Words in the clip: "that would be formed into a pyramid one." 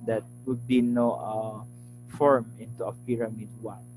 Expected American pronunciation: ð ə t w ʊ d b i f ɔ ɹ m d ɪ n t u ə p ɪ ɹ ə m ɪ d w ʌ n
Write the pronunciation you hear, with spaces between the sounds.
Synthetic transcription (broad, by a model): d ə t w ʊ d b i f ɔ ɹ m ɪ n t u ə p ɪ ɹ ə m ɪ d w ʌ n